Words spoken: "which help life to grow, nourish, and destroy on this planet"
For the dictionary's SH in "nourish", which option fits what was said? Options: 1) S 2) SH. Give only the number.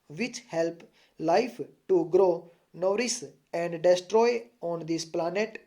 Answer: 1